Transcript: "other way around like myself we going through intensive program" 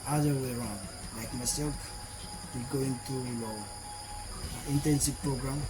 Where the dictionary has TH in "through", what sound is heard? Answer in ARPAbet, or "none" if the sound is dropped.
T